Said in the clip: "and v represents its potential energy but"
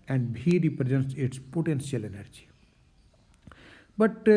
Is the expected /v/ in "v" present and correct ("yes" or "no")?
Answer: no